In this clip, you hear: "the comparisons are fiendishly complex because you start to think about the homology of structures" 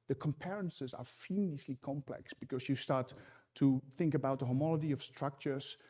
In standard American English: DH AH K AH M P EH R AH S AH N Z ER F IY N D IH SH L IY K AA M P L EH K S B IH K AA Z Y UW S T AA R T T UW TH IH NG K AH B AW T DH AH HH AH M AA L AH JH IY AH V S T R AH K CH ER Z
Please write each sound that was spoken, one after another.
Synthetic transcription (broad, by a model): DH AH K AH M P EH R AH S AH Z ER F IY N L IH S L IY K AA M P L EH K S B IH K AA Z Y UW S T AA R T T UW TH IH NG K AH B AW T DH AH HH AH M AA L AH JH IY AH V S T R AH K CH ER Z